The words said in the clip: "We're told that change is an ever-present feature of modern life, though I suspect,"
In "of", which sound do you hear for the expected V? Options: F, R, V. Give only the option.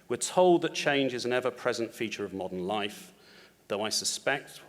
V